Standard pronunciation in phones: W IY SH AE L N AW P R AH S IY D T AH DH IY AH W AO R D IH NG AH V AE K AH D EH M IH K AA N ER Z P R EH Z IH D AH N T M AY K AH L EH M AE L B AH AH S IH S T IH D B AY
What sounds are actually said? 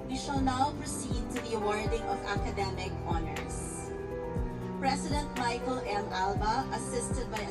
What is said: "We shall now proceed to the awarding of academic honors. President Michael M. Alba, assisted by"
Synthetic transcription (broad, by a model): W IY SH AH L N AW P R AH S IY D T AH DH IY AH W AO R D IH NG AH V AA K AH D EH M IH K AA N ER S P R EH S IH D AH N T M AY K AH L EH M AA L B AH AH S IH S T IH D B AY